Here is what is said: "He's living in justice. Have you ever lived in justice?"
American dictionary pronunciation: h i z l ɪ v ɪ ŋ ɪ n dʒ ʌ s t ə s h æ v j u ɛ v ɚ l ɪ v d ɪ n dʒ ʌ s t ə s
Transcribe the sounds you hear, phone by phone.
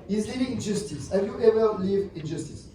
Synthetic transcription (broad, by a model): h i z l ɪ v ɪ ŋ ɪ n dʒ ʌ s t ə s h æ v j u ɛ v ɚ l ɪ v ɪ n dʒ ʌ s t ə s